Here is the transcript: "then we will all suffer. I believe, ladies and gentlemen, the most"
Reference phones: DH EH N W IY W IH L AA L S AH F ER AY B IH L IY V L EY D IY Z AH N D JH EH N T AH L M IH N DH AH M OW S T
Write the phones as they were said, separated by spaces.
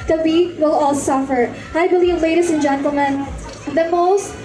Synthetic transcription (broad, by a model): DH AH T W IY W IH L AA L S AH F ER AY B IH L IY V L EY D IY S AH N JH EH N T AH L M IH N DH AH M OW S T